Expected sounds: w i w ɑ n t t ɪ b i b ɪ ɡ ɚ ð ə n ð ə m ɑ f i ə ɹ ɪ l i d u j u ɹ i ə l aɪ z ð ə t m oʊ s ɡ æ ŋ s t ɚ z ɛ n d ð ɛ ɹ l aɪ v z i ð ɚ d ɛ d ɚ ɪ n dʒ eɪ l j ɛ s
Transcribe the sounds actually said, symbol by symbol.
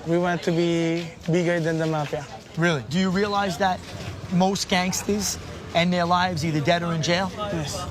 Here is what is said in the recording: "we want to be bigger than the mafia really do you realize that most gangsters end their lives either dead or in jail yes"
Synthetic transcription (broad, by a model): w i w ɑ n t t ɪ b i b ɪ ɡ ɚ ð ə n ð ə m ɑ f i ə ɹ ɪ l i d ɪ j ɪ ɹ i ə l aɪ z ð ə t m oʊ s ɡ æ ŋ s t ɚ z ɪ n ð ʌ ɹ l aɪ v z i ð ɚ d ɛ d ɚ ɪ n dʒ eɪ l j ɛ s